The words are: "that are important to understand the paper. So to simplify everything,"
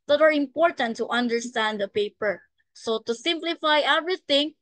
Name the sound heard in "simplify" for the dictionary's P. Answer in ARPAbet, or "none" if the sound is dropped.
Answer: P